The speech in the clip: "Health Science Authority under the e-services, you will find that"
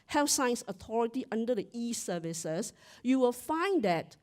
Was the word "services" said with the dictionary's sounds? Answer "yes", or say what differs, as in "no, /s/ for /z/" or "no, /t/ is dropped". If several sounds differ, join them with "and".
no, /s/ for /z/